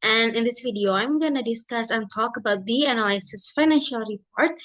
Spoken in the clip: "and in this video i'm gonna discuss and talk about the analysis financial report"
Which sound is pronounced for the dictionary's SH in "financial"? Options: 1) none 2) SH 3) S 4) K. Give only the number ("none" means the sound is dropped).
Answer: 2